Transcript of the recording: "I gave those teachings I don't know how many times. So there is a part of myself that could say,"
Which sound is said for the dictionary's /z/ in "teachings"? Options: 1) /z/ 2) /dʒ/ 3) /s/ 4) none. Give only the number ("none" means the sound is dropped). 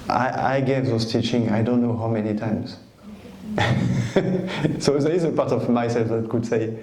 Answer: 4